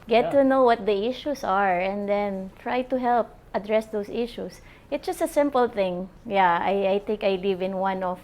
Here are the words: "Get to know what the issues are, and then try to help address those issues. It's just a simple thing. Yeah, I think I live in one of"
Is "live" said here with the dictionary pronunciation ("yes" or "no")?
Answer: yes